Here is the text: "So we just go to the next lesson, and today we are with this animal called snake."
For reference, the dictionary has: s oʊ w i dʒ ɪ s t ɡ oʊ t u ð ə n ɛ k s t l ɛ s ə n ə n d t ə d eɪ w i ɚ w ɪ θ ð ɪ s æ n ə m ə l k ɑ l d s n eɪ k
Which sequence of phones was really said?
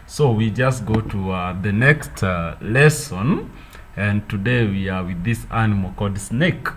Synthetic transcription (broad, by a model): s oʊ w i dʒ ɪ s t ɡ oʊ t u ð ə n ɛ k s t l ɛ s ə n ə n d t ə d eɪ w i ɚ w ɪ ð ɪ s æ n ə m ə l k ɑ d s n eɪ k